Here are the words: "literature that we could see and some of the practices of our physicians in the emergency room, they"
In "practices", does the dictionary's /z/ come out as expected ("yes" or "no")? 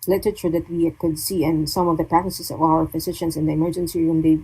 no